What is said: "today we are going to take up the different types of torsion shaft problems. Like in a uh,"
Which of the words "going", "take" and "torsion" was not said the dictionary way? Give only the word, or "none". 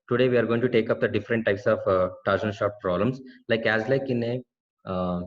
torsion